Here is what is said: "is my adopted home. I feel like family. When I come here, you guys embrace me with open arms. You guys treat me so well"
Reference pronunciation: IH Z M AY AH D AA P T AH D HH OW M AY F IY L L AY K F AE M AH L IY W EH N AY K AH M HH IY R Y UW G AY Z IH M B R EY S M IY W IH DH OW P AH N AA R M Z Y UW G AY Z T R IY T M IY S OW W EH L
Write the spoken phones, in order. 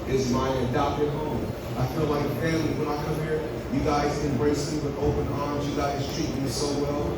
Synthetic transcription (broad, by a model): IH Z M AY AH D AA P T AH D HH OW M AY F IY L L AY K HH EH AH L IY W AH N AY K AH M HH IY R Y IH G AY Z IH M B R EY S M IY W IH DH OW P AH N AA R M Z Y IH G AY Z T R IY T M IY S OW W EH L